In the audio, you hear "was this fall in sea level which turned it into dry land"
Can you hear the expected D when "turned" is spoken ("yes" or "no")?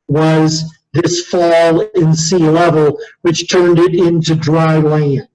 yes